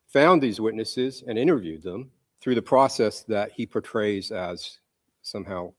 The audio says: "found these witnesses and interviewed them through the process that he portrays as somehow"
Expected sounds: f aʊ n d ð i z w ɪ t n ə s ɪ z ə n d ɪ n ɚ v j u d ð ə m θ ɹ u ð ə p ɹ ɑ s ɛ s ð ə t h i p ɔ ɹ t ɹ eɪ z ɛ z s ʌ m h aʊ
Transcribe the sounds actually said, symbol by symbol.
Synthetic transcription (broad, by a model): f aʊ n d ð i z w ɪ t n ə s ɪ z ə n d ɪ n ɚ v j u d ð ə m θ ɹ u ð ə p ɹ ɑ s ɛ s ð ə t h i p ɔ ɹ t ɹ eɪ z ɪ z s ʌ m h aʊ